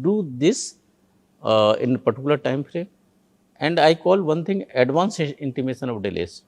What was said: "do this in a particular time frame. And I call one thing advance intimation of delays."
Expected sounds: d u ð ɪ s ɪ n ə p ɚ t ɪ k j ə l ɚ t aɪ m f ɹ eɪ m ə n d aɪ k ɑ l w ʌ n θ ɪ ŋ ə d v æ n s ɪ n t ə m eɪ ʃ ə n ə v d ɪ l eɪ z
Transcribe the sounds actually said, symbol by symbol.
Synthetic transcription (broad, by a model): d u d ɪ s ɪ n ə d t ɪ k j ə l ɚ t aɪ m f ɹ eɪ ə n d aɪ k ɑ l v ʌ n t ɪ ŋ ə d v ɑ n s ɪ n t ə m eɪ ʃ ə n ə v d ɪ l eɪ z